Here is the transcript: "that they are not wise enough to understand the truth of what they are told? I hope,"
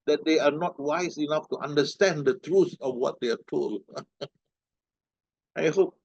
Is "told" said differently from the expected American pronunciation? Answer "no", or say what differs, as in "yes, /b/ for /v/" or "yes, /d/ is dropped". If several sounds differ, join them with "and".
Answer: yes, /d/ is dropped